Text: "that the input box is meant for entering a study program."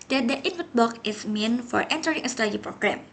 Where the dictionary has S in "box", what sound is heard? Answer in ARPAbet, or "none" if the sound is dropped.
none